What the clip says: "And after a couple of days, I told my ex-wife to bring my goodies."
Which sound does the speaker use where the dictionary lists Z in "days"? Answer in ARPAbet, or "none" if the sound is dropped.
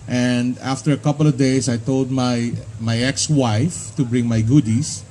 S